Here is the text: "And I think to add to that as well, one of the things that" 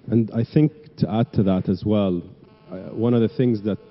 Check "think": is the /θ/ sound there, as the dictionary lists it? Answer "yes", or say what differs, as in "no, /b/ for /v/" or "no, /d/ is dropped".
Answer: yes